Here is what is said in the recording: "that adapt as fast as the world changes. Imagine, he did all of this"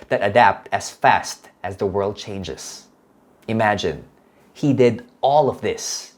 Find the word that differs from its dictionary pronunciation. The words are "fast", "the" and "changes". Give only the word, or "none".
none